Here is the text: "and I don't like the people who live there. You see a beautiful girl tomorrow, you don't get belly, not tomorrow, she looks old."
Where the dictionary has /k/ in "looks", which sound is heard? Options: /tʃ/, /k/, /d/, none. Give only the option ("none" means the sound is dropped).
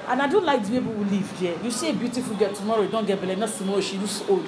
none